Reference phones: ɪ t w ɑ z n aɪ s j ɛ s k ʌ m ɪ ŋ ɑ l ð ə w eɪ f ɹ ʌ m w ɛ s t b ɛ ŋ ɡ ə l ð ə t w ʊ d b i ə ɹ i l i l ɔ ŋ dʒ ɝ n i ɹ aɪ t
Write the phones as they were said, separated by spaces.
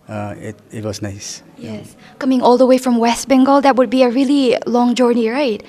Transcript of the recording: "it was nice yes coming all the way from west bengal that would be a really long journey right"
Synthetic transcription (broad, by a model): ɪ t w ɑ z n aɪ s j ɛ s k ʌ m ɪ ŋ ɑ l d ə w eɪ f ɹ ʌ m w ɛ s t b ɛ ŋ ɡ ə l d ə t w ʊ d b i ə ɹ i l i l ɔ ŋ dʒ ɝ n i ɹ aɪ t